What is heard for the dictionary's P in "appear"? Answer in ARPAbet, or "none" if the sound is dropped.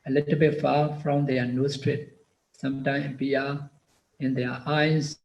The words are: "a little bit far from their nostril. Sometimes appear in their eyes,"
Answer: none